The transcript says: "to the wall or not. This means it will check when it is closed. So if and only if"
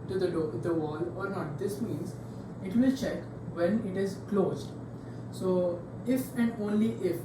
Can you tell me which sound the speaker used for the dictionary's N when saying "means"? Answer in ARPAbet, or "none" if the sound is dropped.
N